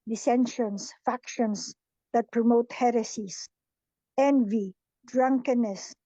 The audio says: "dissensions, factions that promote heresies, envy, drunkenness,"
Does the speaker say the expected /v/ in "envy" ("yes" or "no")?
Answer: yes